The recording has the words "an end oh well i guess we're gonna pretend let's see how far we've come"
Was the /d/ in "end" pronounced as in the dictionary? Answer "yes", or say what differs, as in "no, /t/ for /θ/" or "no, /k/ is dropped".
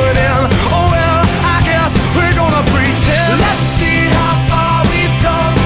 no, /d/ is dropped